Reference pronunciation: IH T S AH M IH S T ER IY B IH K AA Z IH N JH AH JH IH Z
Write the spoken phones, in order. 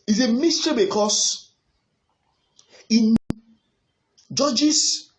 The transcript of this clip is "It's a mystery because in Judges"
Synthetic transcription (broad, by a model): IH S AH M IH S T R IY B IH K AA S IH N JH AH JH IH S